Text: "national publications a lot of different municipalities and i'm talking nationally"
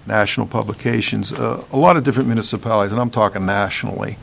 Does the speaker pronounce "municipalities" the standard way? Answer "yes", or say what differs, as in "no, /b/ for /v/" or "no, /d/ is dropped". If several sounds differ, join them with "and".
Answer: yes